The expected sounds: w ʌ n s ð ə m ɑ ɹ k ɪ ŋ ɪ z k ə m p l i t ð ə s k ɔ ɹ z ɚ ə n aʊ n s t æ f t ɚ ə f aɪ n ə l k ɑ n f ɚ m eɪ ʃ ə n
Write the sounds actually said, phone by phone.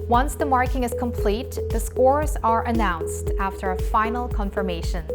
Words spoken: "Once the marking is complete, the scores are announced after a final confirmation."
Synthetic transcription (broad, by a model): w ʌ n s ð ə m ɑ ɹ k ɪ ŋ ɪ z k ə m p l i t ð ə s k ɔ ɹ z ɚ ə n aʊ n s t æ f t ɚ ə f aɪ n l k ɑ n f ɚ m eɪ ʃ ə n